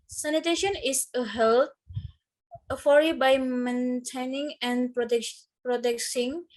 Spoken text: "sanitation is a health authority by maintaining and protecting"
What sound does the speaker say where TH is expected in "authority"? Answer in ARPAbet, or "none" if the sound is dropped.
F